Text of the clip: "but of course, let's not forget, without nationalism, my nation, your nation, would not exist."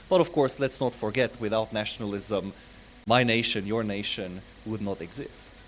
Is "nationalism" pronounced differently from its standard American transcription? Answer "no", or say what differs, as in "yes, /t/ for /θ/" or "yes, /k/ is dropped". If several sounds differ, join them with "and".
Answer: no